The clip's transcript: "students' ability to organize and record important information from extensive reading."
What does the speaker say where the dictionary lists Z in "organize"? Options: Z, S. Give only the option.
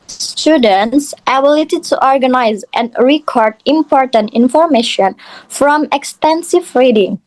Z